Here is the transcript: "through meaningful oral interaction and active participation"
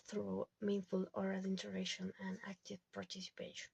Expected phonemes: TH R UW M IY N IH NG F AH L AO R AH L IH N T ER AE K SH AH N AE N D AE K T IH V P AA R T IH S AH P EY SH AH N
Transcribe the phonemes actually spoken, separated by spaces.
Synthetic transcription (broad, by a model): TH R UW M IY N F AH L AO R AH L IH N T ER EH SH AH N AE N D AE K T IH V P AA R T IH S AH P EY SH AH N